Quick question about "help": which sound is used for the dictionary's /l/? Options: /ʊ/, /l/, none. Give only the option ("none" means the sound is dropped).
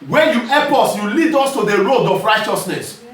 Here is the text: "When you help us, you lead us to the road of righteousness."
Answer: none